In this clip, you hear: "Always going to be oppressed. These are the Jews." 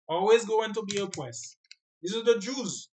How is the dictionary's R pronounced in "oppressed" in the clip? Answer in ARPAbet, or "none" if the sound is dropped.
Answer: W